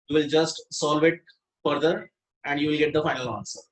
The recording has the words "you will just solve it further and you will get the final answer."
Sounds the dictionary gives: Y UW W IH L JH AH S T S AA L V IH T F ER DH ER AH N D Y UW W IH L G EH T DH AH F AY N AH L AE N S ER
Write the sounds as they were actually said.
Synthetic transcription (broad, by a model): Y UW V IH L JH AH S T S AA L V IH T F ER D ER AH N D Y UW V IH L G EH T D AH F AY N AH L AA N S ER